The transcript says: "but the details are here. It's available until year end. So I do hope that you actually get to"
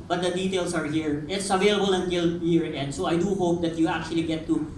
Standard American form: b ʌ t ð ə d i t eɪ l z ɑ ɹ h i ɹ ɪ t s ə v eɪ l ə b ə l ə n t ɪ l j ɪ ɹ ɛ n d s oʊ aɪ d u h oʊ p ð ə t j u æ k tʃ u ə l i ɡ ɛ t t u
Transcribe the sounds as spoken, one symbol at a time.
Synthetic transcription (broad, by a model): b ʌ t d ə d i t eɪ l s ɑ ɹ h i ɹ ɪ t s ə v eɪ l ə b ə l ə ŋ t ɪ l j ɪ ɹ ɛ n d s oʊ aɪ d u h oʊ p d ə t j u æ k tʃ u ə l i ɡ ɛ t t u